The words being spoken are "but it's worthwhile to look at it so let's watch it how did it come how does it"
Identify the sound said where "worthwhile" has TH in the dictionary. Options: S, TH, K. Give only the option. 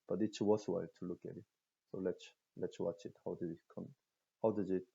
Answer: S